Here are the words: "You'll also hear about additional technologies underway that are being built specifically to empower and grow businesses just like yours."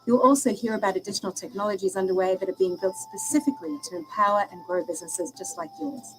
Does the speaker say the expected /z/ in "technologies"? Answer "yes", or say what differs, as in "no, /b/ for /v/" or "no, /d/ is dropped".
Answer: yes